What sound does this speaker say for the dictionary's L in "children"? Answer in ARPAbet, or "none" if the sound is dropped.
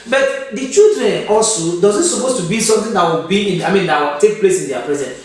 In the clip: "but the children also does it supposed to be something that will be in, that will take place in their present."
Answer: none